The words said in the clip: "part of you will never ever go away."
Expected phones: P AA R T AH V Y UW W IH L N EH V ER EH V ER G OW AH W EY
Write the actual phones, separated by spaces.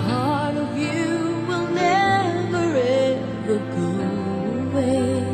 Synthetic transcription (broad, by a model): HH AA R T AH V Y UW W IH L N EH V ER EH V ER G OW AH W EY